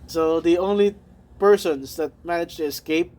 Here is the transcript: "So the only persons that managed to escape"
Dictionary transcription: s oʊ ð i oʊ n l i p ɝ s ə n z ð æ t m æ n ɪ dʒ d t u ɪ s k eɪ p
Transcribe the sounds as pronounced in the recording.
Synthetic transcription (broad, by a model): s oʊ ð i oʊ n l i p ɝ s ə n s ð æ t m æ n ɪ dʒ t u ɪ s k eɪ p